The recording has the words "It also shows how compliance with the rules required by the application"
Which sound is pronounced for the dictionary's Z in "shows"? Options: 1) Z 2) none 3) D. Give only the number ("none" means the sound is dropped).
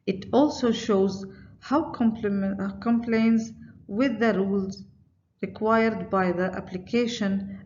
1